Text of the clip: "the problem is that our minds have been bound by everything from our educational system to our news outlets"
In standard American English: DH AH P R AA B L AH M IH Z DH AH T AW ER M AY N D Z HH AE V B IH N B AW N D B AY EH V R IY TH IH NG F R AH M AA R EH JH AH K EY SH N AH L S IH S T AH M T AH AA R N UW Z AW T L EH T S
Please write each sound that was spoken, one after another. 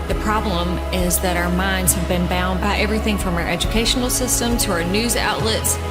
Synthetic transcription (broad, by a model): DH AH P R AA B L AH M IH Z DH AH T AW ER M AY N D Z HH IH V B IH N B AW N D B AY EH V R IY TH IH NG F R AH M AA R EH JH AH K EY SH N L S IH S T AH M T AH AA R N UW Z AW T L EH T S